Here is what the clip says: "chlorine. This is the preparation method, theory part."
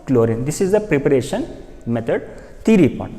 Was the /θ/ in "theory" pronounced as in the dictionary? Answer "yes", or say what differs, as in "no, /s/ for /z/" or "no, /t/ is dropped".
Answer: no, /t/ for /θ/